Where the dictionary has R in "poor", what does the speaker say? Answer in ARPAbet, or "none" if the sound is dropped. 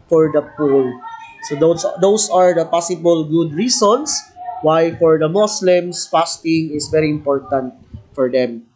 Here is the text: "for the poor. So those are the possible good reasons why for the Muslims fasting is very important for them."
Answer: L